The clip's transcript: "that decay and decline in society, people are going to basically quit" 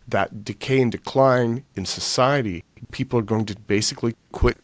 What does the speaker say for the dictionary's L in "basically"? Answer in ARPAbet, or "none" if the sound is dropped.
L